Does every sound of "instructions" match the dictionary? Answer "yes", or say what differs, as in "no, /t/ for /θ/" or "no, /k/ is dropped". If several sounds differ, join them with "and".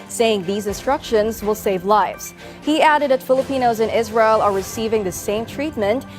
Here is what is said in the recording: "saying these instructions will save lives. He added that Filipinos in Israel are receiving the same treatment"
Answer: yes